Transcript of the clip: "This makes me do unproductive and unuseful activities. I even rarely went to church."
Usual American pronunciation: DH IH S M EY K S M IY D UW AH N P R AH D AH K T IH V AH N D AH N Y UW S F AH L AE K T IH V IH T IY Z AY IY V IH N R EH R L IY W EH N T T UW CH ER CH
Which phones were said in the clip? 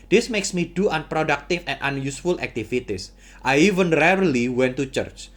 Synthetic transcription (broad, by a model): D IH S M EY K S M IY D UW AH N P R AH D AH K T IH F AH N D AH N Y UW S F AH L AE K T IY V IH T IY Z AY IY V IH N R EH R L IY W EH N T T UW CH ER CH